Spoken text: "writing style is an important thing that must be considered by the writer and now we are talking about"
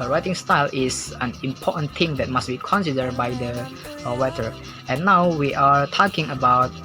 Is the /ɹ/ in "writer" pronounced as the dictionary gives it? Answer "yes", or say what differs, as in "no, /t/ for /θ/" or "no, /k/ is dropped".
no, /w/ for /ɹ/